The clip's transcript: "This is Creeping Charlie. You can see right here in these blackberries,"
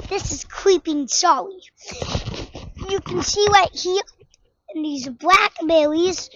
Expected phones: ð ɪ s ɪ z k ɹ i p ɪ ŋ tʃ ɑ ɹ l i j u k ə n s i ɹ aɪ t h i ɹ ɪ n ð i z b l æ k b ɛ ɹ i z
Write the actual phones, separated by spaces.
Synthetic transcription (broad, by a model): ð ɪ s ɪ z k ɹ i p ɪ ŋ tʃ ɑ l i j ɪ k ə n s i l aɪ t h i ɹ ɪ n ð i z b l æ k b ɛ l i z